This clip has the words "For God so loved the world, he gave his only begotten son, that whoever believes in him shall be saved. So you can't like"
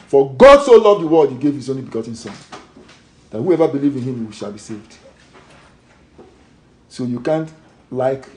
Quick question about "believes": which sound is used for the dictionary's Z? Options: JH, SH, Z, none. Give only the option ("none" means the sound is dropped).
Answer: none